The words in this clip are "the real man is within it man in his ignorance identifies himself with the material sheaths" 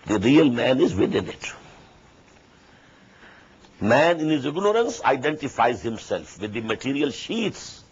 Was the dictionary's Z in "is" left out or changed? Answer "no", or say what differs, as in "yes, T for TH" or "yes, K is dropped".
no